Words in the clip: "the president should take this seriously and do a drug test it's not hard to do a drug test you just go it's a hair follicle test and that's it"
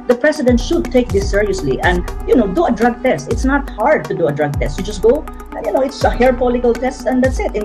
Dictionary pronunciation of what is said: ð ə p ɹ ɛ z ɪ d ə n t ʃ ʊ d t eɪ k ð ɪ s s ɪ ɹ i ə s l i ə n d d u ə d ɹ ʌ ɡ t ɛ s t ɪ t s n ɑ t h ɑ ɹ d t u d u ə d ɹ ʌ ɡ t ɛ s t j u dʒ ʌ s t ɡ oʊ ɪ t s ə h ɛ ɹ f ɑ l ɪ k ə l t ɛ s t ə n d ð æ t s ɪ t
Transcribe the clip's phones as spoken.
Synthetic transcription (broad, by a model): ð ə p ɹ ɛ s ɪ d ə n t ʃ ʊ d t eɪ k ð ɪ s s ɪ ɹ i ə s l i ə n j d u ə d ɹ ʌ ɡ t ɛ s t ɪ t s n ɑ t h ɑ ɹ d t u d u ə d ɹ ʌ ɡ t ɛ s t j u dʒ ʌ s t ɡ oʊ ɪ t s ə h ɛ ɹ p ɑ l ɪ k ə l t ɛ s t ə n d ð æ t s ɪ t